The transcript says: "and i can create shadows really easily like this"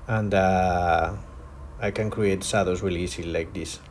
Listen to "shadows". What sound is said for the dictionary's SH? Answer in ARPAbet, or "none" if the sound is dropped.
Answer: S